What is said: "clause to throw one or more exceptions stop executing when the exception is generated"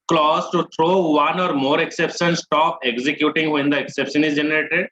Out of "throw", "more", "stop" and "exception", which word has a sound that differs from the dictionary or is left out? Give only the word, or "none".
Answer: throw